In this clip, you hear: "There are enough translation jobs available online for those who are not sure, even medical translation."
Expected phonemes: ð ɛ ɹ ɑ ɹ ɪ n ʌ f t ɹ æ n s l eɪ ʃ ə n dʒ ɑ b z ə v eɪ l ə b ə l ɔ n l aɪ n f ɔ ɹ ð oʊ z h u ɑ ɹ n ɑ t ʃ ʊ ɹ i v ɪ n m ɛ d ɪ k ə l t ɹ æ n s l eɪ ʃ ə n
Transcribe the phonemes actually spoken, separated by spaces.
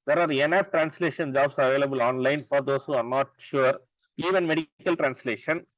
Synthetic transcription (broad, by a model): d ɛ ɹ ɑ ɹ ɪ n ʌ p t ɹ æ n s l eɪ ʃ ə n dʒ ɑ b s ə v eɪ l ə b ə l ɔ n l aɪ n f ɔ ɹ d oʊ s h u ɑ ɹ n ɑ t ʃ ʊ ɹ i v ɪ n m ɛ d ɪ k ə l t ɹ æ n s l eɪ ʃ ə n